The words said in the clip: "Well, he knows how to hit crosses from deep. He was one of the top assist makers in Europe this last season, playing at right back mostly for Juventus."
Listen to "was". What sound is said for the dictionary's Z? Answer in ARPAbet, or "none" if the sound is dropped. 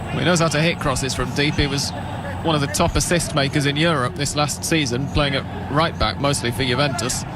Z